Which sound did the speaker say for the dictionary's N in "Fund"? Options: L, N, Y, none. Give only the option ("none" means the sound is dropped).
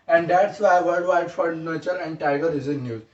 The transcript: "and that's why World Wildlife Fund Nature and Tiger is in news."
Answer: none